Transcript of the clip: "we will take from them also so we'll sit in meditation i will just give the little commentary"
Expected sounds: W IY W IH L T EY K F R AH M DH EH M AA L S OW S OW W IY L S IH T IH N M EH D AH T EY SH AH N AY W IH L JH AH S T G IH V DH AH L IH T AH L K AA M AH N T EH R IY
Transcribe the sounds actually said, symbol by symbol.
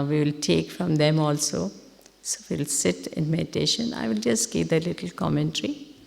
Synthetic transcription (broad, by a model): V IY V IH L T EY K F R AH M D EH M AA L S OW S OW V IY L S IH T IH N M EH D AH T EY SH AH N AY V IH L JH AH S T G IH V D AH L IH T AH L K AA M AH N T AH R IY